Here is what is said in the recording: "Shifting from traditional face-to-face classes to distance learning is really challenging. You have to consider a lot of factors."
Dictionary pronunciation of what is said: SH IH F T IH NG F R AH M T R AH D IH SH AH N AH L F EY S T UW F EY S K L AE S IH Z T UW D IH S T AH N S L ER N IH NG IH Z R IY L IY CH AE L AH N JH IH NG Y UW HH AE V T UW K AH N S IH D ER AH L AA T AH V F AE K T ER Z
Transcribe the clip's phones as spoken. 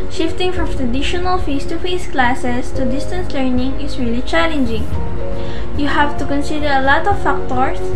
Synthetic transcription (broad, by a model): SH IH F T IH NG F R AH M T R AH D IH SH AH N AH L F EY S T UW F EY S K L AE S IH S T UW D IH S T AH N S L ER N IH NG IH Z R IY L IY CH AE L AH N JH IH NG Y UW HH AE V T UW K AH N S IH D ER AH L AA T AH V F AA K T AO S